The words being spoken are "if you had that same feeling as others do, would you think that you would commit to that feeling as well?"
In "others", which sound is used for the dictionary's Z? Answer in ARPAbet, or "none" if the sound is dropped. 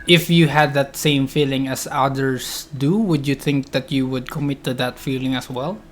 S